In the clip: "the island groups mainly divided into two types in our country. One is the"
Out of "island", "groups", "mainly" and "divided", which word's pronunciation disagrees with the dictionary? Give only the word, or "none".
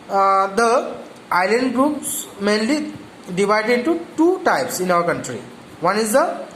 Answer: none